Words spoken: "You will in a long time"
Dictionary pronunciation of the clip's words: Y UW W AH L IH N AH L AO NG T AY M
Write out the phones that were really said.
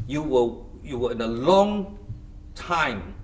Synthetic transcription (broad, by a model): Y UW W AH W IH N AH L AO NG T AY M